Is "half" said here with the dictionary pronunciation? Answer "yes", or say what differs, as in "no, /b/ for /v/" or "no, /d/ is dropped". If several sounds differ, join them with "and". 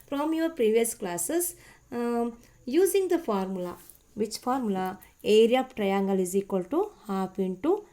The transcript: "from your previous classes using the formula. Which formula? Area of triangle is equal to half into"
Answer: no, /p/ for /f/